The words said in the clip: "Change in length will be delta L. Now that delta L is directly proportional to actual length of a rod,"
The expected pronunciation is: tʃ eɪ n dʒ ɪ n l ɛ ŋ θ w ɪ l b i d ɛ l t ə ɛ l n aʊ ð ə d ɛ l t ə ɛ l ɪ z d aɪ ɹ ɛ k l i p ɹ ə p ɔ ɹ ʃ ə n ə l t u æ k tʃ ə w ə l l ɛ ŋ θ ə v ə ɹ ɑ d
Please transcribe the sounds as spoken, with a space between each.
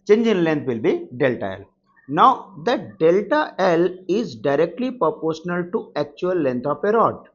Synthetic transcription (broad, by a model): tʃ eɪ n dʒ ɪ n l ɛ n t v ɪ l b i d ɛ l t ə ɛ l n aʊ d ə d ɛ l t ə ɛ l ɪ z d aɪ ɹ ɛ k l i p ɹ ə p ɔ ɹ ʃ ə n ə l t u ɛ k tʃ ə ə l l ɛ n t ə p ə ɹ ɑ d